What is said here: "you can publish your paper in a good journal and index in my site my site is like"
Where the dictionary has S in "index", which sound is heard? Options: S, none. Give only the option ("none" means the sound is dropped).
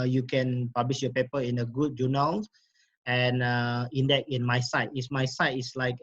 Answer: none